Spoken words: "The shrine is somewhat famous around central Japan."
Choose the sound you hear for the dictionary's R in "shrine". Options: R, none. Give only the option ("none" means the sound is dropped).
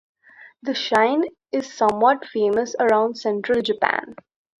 none